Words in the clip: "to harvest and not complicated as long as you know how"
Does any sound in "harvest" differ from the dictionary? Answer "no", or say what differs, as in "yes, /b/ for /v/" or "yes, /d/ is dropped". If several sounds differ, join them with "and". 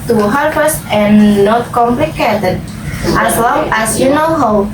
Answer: yes, /p/ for /v/